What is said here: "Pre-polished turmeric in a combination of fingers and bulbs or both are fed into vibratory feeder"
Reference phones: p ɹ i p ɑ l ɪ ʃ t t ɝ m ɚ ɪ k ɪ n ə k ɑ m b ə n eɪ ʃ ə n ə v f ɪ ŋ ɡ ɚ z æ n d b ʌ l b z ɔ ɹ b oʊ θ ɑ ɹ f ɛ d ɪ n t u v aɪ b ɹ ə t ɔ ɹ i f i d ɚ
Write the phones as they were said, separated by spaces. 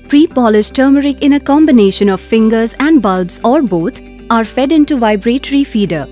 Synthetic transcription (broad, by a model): p ɹ i p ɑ l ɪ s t t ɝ m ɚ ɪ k ɪ n ə k ɑ m b ə n eɪ ʃ ə n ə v f ɪ ŋ ɡ ɚ z æ n d b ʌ l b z ɔ ɹ b oʊ t ɑ ɹ f ɛ d ɪ n t u v aɪ b ɹ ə t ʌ ɹ i f i d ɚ